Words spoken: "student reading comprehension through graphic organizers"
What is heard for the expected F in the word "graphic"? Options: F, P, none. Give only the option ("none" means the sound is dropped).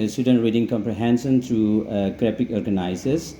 P